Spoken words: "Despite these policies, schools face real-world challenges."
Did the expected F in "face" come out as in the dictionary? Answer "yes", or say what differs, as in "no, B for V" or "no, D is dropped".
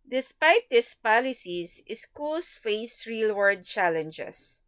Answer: yes